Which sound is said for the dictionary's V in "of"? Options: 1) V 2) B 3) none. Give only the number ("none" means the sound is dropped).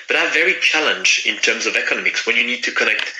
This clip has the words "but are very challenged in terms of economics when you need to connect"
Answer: 1